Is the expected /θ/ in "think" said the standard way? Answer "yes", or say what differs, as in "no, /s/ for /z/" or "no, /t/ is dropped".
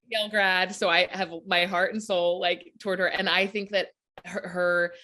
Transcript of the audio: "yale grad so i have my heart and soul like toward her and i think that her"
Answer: yes